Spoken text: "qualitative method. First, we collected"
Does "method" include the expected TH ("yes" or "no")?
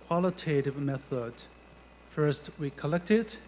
yes